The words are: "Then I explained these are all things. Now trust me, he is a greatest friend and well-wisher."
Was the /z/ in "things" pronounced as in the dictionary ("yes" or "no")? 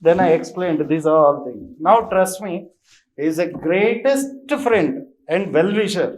no